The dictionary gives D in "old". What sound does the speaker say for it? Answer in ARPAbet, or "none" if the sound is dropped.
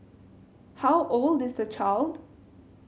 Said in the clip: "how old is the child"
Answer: D